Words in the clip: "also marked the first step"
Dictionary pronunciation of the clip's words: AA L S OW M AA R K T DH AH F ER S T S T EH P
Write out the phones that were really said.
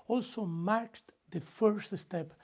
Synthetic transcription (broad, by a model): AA L S OW M AA R K T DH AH F ER S T S T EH P